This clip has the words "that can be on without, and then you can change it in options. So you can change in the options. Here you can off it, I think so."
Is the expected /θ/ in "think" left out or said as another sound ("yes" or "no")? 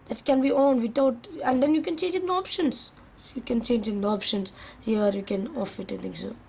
yes